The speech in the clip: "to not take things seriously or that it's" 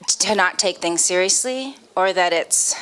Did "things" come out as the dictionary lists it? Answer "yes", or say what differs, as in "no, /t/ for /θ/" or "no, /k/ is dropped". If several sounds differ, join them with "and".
yes